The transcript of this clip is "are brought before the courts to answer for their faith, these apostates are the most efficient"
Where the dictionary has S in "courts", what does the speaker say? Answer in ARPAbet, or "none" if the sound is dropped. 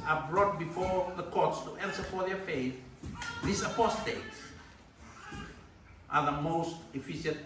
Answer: S